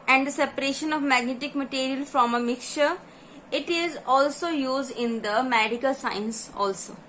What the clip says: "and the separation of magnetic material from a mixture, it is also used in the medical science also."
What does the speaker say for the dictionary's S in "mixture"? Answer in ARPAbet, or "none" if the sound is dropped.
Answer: S